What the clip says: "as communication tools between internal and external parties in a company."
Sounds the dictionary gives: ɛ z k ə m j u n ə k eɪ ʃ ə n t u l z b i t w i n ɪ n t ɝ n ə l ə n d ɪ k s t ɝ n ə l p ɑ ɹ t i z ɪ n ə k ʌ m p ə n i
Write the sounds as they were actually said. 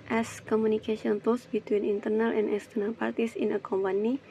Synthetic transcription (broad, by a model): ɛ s k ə m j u n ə k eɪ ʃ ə n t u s b i t w i n ɪ n t ɝ n ə l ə n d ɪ s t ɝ n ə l p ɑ ɹ t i s ɪ n ə k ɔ m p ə n i